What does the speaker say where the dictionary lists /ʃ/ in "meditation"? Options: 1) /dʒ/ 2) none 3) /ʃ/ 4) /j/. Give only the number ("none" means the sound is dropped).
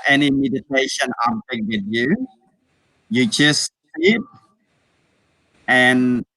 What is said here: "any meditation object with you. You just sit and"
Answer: 3